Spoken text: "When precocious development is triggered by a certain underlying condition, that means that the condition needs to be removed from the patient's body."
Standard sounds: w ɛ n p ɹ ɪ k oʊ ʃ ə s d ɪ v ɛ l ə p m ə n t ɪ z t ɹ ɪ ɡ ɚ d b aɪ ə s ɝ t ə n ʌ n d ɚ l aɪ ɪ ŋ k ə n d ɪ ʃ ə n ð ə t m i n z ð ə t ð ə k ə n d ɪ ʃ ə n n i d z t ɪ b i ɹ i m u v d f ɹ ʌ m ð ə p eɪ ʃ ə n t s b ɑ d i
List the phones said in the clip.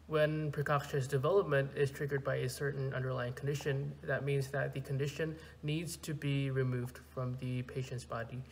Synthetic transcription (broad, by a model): w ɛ n p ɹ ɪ k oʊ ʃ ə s d ɪ v ɛ l ə p m ə n t ɪ z t ɹ ɪ ɡ ɚ d b aɪ ə s ɝ t n ʌ n d ɚ l aɪ ɪ ŋ k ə n d ɪ ʃ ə n ð ə t m i n z ð ə t ð ə k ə n d ɪ ʃ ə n n i d z t ɪ b i ɹ i m u v d f ɹ ʌ m ð ə p eɪ ʃ ə n t s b ɑ d i